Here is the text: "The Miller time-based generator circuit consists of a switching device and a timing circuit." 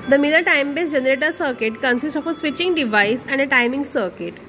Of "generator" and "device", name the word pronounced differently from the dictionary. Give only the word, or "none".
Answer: none